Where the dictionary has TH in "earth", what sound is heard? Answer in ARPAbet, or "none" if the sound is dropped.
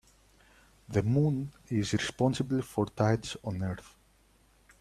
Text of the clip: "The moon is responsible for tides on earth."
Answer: TH